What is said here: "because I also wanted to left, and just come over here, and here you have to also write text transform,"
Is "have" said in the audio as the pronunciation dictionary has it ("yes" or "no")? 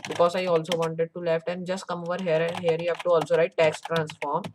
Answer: no